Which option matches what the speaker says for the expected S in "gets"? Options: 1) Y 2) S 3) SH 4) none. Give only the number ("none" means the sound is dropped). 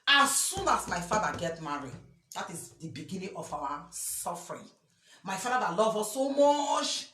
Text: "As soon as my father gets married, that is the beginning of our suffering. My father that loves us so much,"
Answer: 4